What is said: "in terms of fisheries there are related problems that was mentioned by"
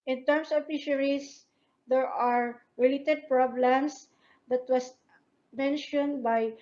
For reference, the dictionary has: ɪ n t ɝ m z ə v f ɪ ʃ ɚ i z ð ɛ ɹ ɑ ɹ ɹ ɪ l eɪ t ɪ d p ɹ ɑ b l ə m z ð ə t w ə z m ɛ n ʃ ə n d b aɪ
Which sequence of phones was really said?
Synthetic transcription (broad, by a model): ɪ n t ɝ m s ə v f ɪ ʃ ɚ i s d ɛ ɹ ɑ ɹ ɹ ɪ l eɪ t ɪ d p ɹ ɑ b l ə m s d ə t w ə s m ɛ n ʃ ə n d b aɪ